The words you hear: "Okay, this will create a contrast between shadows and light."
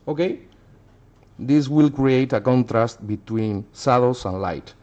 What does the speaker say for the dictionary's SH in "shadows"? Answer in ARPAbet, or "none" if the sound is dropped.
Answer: S